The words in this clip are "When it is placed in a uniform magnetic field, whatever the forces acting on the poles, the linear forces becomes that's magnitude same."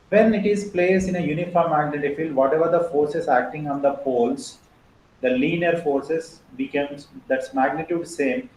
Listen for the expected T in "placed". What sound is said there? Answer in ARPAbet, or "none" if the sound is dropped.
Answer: none